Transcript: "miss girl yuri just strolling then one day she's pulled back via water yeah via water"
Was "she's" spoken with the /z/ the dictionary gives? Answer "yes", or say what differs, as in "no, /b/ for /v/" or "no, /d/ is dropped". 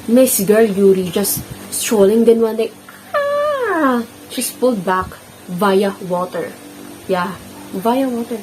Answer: no, /s/ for /z/